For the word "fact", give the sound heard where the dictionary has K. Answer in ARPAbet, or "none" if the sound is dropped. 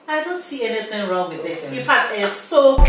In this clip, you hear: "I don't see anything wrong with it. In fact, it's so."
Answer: K